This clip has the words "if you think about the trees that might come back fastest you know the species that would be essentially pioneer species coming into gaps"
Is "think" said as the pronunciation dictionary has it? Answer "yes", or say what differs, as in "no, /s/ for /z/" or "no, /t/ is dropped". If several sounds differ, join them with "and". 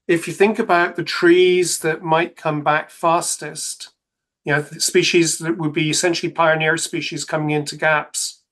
yes